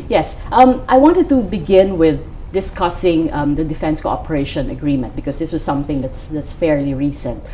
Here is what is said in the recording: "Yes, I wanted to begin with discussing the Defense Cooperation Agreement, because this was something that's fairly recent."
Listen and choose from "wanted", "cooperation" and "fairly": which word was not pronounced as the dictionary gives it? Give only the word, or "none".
none